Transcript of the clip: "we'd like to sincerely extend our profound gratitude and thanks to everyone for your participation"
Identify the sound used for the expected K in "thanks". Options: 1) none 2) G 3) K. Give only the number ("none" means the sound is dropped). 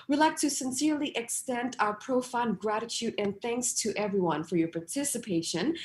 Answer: 3